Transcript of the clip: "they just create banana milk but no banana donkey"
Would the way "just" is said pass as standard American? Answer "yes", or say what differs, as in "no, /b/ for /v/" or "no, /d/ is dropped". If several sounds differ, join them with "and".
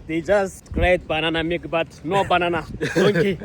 yes